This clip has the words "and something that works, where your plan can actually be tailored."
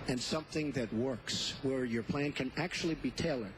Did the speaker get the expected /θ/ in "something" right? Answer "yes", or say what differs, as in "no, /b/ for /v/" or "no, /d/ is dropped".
yes